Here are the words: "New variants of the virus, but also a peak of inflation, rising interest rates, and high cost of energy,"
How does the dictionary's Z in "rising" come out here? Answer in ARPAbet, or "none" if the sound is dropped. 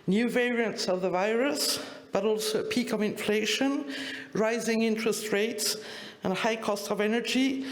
Z